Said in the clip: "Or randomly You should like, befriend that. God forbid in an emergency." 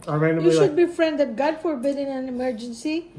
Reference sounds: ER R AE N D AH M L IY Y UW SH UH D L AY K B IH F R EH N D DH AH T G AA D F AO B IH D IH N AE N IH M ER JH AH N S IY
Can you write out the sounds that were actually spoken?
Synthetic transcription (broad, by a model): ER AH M IY Y UW SH UH D B IH F R EH N D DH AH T G AA D F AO B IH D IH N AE N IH M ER JH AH N S IY